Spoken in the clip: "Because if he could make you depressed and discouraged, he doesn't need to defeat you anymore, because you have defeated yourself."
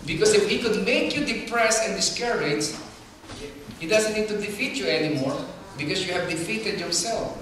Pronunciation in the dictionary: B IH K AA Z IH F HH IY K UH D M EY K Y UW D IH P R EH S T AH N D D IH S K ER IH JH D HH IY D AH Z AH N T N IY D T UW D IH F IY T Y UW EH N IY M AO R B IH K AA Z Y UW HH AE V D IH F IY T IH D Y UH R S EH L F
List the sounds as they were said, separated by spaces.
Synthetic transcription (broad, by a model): B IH K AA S IH F HH IY K UH D M EY K Y UW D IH P R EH S AH N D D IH S K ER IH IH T HH IY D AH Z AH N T N IY D T UW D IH F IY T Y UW EH N IY M AO R B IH K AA S Y UW HH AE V D IH F IY T IH D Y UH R S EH L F